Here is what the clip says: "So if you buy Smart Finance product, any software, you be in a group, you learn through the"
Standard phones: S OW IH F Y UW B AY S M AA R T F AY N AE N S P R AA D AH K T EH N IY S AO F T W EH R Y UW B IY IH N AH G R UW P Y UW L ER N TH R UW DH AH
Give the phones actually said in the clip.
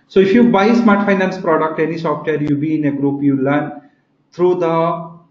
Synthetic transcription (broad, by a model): S OW IH F Y UW B AY S M AA R T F AY N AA N S P R AA D AH K T EH N IY S AO F T W EH R Y UW B IY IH N AH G R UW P Y UW L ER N T R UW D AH